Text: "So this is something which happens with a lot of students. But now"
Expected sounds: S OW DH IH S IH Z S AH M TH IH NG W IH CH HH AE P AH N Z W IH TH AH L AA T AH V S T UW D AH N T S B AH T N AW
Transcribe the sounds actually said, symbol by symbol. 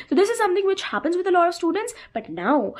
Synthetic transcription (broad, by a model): S OW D IH S IH Z S AH M T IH NG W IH CH HH AE P AH N Z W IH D AH L AA T AH V S T UW D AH N T S B AH T N AW